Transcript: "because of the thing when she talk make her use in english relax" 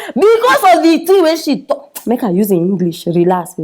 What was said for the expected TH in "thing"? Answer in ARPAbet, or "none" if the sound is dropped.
T